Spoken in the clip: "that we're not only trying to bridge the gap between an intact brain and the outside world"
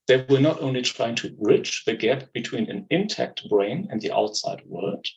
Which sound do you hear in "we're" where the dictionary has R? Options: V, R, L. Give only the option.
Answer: L